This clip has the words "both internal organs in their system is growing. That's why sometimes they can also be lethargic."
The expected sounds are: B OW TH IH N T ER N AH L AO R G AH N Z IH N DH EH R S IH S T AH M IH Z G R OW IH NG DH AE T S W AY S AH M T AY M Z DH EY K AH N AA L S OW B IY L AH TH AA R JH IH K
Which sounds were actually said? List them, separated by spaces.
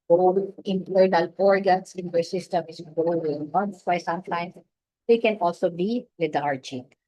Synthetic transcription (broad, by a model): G OW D IH N T ER N AH L AO R G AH N S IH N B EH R S IH S T AH M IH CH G OW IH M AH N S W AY S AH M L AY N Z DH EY K AH N AA L S OW B IY L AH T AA R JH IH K